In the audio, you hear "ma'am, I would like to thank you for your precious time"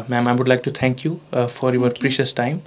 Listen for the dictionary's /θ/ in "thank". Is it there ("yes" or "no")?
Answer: no